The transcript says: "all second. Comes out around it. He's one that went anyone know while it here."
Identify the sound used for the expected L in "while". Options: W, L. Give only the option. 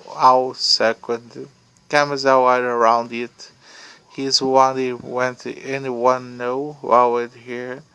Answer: W